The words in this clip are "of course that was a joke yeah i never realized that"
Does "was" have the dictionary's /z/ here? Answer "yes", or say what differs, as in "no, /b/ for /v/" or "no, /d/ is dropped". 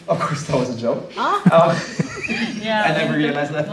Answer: yes